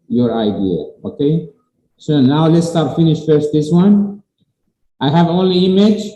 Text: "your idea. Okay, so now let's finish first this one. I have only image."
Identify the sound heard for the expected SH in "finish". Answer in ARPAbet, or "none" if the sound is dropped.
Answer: SH